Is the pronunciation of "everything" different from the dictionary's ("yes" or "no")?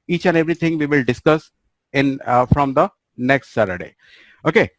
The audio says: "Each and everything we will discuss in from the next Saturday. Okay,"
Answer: yes